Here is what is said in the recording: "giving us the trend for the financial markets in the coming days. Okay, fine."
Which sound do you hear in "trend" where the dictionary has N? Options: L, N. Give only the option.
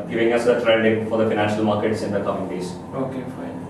L